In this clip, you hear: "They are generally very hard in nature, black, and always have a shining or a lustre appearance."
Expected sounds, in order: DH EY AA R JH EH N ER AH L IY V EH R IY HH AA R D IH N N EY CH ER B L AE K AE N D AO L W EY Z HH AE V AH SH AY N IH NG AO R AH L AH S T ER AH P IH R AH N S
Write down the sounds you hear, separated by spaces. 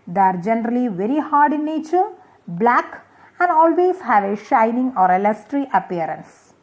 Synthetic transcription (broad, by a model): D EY AA R JH EH N ER AH L IY V EH R IY HH AA R D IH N N EY CH ER B L AE K AE N D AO L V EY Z HH AE V AH SH AY N IH NG AO R AH L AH S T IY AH P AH R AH N S